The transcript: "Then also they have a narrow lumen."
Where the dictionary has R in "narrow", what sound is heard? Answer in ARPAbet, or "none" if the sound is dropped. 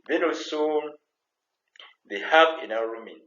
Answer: W